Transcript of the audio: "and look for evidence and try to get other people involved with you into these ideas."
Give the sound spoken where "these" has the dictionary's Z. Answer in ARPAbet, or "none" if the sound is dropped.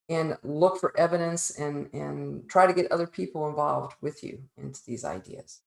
Z